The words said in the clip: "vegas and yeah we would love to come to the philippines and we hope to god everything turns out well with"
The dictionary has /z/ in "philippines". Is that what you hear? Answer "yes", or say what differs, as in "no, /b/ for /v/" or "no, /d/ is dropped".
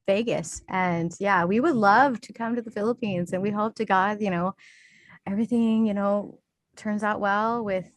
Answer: yes